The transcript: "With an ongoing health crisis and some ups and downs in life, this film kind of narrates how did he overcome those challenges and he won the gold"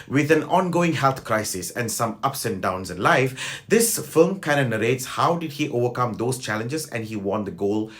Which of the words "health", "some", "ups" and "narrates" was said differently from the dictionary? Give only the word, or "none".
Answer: health